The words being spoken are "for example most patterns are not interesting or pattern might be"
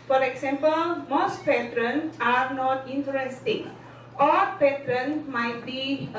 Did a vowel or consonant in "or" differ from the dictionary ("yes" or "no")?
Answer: yes